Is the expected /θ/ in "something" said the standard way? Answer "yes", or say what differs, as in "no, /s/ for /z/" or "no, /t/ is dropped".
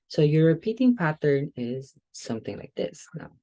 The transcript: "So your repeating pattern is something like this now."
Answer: yes